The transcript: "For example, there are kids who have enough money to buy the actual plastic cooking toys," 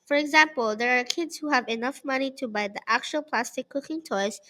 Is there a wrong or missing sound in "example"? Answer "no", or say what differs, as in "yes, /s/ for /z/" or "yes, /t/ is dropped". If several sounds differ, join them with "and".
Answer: no